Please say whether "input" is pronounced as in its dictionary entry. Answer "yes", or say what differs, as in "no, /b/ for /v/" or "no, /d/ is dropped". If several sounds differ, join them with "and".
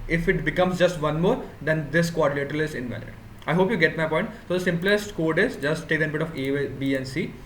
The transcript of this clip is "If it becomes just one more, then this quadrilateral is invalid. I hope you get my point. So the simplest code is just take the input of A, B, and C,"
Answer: no, /b/ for /p/